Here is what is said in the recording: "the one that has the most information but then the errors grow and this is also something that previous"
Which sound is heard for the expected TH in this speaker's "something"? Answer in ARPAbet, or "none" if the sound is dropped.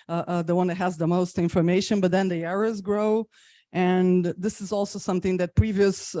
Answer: TH